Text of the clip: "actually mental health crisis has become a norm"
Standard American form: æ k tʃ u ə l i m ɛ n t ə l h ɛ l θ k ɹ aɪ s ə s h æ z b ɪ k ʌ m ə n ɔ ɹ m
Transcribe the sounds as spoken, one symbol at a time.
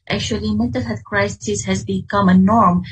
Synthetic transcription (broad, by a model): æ k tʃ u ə l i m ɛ t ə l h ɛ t k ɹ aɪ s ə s h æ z b ɪ k ʌ m ə n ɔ ɹ m